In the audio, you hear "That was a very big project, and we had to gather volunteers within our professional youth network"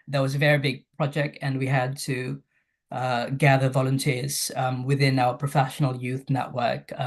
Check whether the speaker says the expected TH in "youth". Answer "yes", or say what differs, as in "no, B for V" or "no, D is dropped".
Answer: yes